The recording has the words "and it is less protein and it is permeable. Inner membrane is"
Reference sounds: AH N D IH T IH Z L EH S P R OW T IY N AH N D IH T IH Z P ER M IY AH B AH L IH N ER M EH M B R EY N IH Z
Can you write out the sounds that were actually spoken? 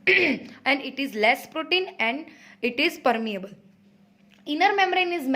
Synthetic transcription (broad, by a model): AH N D IH T IH Z L EH S P R OW T IY N AH N D IH T IH Z P ER M IY AH B AH L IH N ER M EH M R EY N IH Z